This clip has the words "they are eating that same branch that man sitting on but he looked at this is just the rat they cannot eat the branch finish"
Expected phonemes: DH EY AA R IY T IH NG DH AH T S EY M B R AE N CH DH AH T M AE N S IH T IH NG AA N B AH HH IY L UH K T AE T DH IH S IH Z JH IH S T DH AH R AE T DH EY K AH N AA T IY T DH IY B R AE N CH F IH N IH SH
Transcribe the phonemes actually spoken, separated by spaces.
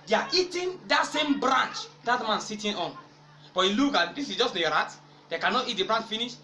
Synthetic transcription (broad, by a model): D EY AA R IY T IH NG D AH T S EY M B R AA N CH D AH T M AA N S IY T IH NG AA N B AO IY L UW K AA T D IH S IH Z JH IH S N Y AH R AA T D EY K AH N AA T IY T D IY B R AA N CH F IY N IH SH